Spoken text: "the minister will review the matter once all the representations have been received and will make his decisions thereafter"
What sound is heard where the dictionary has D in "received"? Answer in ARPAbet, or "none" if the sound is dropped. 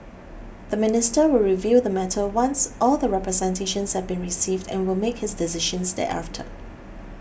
D